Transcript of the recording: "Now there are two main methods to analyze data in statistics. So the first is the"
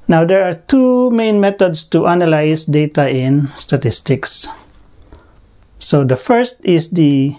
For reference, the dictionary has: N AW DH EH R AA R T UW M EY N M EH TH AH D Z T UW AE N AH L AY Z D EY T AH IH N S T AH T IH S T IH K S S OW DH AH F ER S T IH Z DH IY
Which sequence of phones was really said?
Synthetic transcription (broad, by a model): N AW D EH R AA R T UW M EY N M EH T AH D S T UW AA N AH L AY S D EY T AH IH N S T AH T IH S T IH K S S OW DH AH F ER S T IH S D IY